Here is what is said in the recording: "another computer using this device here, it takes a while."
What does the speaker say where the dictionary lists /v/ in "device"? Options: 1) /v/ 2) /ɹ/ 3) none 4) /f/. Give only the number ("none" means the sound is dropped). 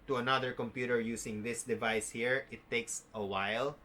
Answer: 1